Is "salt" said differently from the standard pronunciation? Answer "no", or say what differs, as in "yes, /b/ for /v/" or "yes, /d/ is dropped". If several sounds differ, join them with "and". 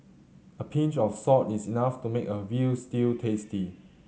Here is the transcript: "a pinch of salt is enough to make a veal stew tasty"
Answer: yes, /l/ is dropped